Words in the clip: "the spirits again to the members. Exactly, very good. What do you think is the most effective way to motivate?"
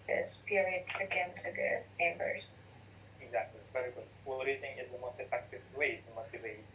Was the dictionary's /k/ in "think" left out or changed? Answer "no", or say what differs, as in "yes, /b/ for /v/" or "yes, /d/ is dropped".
yes, /k/ is dropped